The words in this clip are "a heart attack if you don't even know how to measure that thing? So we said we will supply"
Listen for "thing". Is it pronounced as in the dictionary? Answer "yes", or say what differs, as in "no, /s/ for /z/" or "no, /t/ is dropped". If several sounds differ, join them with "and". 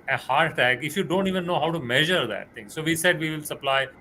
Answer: no, /t/ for /θ/